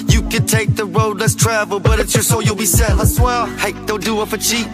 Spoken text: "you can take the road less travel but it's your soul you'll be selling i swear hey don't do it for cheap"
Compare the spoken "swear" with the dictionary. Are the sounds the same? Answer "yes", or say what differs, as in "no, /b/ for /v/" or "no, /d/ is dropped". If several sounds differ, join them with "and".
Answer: no, /l/ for /ɹ/